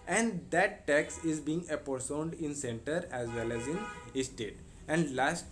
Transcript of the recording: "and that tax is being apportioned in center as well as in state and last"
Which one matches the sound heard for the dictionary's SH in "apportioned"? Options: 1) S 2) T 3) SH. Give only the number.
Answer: 1